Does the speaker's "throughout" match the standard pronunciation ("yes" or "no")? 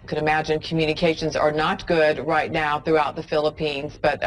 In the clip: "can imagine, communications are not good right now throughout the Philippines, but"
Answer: yes